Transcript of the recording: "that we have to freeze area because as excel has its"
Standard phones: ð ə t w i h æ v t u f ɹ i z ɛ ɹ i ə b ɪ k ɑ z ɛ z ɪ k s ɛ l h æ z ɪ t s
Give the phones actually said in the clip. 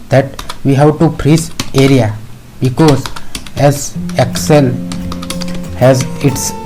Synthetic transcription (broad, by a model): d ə t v i h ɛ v t u p ɹ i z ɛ ɹ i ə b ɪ k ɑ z ɛ z ɪ k s ɛ l h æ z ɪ t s